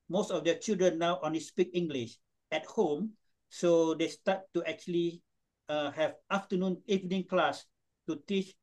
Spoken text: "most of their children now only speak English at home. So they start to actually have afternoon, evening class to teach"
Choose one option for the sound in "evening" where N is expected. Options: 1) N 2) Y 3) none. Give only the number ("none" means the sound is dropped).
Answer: 1